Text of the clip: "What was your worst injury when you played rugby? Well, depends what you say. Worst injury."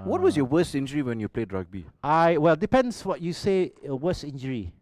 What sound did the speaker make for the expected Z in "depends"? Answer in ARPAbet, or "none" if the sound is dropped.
S